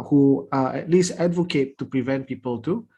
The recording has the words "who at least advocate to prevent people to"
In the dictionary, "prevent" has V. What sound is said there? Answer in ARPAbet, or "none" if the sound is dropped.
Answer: V